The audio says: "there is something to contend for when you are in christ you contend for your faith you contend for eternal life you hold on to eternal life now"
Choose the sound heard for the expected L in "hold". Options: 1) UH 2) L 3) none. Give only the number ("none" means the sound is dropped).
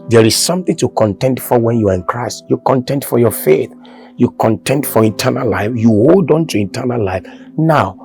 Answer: 2